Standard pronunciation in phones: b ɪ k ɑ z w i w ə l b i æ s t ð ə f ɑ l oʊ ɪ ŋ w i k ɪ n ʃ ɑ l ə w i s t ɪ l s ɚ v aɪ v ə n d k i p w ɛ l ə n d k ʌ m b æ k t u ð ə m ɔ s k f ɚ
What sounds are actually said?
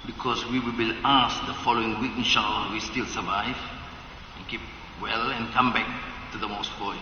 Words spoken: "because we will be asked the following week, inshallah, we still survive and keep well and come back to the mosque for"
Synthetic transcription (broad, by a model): b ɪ k ɑ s w i w ə l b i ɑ s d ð ə f ɑ l oʊ ɪ ŋ w i k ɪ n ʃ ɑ n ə w i s t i l s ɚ v aɪ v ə n k i p w ɛ l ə n k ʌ m b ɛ k t u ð ə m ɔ s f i